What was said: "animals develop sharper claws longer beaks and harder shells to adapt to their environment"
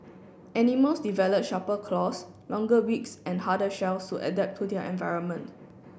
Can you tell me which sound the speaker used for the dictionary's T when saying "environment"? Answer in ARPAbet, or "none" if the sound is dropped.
T